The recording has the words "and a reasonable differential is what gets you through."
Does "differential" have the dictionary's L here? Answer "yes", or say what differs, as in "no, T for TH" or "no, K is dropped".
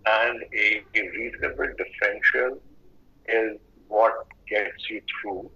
no, N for L